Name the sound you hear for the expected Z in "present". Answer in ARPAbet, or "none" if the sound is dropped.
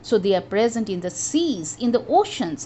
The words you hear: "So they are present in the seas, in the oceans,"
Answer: Z